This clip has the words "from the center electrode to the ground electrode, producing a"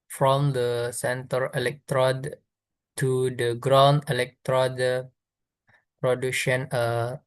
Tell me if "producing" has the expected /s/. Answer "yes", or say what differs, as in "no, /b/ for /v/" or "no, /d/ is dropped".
no, /ʃ/ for /s/